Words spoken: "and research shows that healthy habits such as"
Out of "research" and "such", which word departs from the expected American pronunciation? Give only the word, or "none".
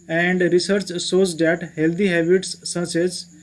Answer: such